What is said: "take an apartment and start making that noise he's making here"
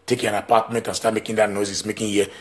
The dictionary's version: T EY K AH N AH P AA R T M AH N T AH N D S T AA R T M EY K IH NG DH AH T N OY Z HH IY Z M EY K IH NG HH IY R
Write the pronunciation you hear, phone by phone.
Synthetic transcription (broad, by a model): T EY K AH N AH P AA T M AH N T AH N S T AA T M EY K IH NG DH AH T N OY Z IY S M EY K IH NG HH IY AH